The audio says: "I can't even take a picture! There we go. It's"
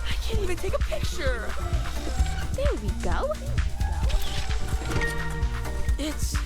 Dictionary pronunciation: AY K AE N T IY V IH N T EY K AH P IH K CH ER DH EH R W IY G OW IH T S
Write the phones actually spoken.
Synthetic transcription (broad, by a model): AY K AE N T IY V IH N T EY K AH P IH K CH ER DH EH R W IY G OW IH T S